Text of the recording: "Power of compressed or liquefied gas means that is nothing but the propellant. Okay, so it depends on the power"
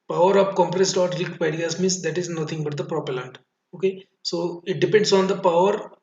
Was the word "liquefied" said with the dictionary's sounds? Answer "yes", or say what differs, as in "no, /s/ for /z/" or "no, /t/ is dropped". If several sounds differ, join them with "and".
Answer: no, /f/ is dropped